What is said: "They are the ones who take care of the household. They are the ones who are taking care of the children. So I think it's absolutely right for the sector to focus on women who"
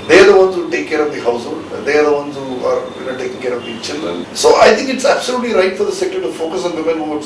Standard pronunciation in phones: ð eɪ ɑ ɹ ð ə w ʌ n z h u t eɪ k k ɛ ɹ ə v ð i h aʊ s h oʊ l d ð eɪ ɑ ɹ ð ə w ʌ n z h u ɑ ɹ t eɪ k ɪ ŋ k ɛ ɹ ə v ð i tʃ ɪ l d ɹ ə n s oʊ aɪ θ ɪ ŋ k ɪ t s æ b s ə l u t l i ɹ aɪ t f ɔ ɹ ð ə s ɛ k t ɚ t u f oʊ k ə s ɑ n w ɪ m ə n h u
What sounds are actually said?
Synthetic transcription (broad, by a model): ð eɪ ɑ ɹ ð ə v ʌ n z h u t eɪ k k ɛ ɹ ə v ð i h aʊ s h oʊ l d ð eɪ ɑ ɹ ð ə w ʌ n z h u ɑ ɹ t eɪ k ɪ ŋ k ɛ ɹ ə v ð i tʃ ɪ l d ɹ ə n s oʊ aɪ t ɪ ŋ k ɪ t s æ b s ə l u t l i ɹ aɪ t f ɔ ɹ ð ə s ɛ k t ɚ t u f oʊ k ə s ɑ n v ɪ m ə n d